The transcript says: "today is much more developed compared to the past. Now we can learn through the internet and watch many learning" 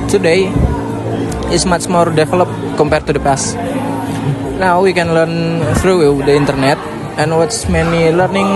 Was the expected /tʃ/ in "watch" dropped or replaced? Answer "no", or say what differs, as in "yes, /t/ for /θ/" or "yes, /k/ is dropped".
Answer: yes, /s/ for /tʃ/